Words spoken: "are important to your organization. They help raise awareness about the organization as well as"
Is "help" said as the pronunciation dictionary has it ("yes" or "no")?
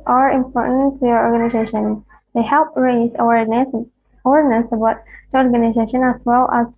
yes